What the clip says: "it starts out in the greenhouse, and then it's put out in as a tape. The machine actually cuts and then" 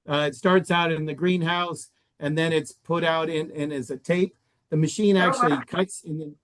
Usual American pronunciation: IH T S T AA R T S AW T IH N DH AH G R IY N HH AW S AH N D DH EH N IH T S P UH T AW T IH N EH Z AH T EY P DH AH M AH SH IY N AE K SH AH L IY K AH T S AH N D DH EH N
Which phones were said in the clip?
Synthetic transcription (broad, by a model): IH T S T AA R T S AW T IH N DH AH G R IY N HH AW S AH N DH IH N IH T S P UH T AW T IH N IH Z AH T EY P DH AH M AH SH IY N AE K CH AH L IY K AH T S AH N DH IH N